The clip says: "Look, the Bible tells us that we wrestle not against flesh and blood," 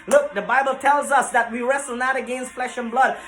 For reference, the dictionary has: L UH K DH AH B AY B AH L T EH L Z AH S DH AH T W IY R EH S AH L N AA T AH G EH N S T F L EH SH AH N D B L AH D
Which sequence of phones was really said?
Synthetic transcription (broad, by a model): L UH K DH AH B AY B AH L T EH L Z AH S DH AH T W IY R EH S L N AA T AH G EH N S T F L EH SH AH N B L AH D